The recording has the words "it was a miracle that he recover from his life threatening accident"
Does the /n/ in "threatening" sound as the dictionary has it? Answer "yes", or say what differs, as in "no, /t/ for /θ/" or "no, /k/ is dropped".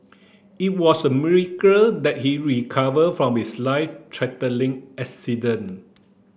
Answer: no, /l/ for /n/